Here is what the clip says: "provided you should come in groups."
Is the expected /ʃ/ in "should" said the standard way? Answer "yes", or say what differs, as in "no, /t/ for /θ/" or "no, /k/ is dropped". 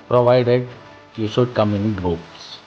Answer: no, /s/ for /ʃ/